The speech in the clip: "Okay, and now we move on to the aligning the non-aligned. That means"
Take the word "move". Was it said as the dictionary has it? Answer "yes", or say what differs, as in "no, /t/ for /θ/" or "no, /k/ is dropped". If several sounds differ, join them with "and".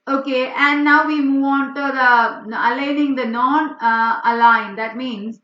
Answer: yes